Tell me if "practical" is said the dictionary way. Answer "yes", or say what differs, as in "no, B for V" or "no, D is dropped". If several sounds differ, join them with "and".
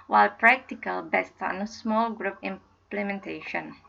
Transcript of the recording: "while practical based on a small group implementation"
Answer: yes